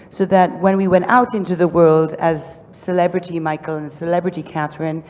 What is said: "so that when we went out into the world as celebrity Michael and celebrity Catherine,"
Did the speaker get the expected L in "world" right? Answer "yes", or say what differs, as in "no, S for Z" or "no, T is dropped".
yes